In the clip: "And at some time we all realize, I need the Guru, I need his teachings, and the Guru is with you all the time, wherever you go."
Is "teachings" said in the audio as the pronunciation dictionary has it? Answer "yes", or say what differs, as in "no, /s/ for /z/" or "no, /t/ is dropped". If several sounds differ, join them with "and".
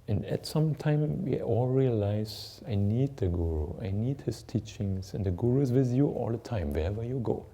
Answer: no, /s/ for /z/